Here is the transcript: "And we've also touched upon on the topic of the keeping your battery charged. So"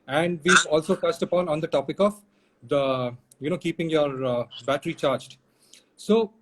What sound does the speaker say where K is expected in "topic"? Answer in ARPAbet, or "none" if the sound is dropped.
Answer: K